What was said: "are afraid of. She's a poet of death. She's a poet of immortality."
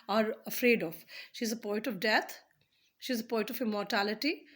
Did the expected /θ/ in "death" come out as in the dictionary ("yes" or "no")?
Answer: no